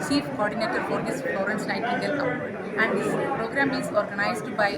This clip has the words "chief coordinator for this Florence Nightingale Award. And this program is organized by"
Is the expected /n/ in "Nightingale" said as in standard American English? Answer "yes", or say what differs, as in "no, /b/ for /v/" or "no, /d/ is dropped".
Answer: no, /l/ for /n/